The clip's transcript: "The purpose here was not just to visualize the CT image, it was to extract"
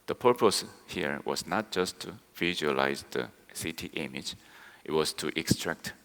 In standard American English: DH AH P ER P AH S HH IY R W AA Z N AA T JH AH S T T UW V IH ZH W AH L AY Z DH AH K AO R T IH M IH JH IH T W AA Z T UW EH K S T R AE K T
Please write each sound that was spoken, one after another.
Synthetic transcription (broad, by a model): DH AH P ER P AH S HH IY R W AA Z N AA T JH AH S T T UW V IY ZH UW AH L AY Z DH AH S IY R T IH M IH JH IH T W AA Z T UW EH K S T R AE K T